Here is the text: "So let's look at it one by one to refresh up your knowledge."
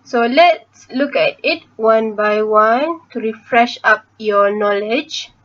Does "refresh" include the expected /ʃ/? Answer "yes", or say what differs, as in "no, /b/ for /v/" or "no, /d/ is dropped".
yes